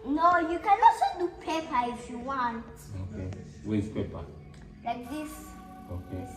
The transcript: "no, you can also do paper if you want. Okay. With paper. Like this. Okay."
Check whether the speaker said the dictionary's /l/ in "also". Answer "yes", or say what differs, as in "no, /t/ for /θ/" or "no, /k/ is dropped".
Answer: no, /l/ is dropped